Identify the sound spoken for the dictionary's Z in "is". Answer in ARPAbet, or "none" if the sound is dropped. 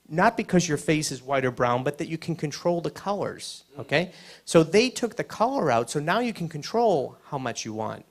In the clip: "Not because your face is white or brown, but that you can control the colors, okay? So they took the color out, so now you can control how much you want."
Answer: Z